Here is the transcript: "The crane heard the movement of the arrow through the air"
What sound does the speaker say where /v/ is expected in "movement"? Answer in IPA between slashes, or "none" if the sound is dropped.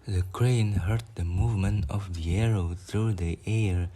/v/